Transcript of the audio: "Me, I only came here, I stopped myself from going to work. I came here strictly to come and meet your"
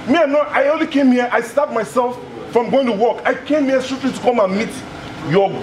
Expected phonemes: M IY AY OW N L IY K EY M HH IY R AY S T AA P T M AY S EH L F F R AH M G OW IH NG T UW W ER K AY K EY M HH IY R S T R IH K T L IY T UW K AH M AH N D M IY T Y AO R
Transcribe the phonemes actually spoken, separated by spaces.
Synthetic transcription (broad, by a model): M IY AY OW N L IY K EY M HH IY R AY S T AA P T M AY S EH L F F R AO M G OW IH NG T UW W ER K AY K EY M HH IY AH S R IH T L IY T UW K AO M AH N M IY T Y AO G